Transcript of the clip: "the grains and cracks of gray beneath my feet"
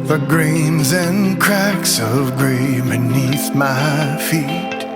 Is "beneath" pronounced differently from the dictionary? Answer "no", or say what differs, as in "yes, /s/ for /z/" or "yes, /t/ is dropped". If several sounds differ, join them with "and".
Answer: no